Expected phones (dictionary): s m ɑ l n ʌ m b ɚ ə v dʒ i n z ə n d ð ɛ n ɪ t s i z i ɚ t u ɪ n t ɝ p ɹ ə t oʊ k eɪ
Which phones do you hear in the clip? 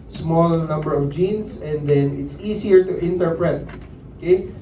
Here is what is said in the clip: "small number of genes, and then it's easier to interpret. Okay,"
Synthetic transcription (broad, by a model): s m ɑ l n ʌ m b ɚ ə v dʒ i n s ə n d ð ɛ n ɪ t s i s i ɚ t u ɪ n t ɝ p ɹ ə t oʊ k eɪ